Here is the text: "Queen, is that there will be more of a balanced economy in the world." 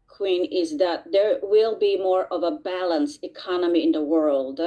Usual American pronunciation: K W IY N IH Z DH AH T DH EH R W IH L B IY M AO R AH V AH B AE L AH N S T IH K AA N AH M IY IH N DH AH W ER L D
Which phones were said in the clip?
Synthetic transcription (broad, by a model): K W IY N IH Z DH AH T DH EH R W IH L B IY M AO R AH V AH B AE L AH N S IH K AA N AH M IY IH N DH AH W ER L D